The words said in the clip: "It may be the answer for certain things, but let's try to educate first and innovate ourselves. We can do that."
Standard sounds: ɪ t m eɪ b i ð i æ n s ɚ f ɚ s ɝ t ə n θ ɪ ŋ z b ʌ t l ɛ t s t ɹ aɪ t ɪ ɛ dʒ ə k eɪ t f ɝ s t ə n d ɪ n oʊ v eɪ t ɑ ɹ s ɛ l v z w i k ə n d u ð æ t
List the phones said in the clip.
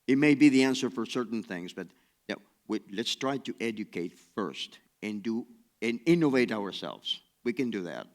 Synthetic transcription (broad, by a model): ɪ t m eɪ b i ð i æ n s ɚ f ɚ s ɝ t n θ ɪ ŋ z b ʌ t l ɛ t s t ɹ aɪ t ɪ ɛ dʒ ə k eɪ t f ɝ s t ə n d ɪ n oʊ v eɪ t ɑ ɹ s ɛ l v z w i k ə n d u ð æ t